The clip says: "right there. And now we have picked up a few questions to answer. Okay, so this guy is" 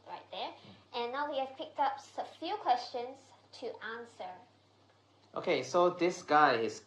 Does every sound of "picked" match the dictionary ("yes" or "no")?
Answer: yes